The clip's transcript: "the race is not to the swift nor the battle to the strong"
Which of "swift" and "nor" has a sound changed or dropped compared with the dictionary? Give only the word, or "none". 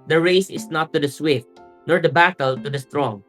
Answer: none